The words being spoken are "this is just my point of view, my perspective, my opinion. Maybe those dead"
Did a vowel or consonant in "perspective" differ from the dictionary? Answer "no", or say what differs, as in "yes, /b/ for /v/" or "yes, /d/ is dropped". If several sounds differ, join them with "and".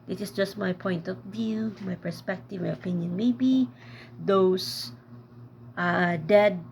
no